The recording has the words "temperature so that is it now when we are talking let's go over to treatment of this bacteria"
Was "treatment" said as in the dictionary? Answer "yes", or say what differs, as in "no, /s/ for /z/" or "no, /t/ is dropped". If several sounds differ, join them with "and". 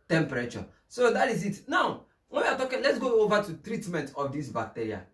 yes